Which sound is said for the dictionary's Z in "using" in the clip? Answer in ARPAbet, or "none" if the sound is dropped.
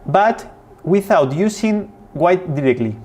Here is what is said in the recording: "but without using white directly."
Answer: S